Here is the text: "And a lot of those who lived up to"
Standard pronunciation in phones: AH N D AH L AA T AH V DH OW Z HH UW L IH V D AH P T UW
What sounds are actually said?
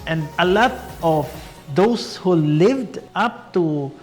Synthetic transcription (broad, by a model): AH N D AH L AA T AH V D OW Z HH UW L IH V D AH P T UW